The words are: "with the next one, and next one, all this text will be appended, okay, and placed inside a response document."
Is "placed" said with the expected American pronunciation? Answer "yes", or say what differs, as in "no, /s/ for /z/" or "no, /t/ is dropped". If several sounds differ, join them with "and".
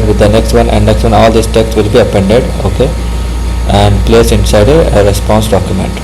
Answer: no, /t/ is dropped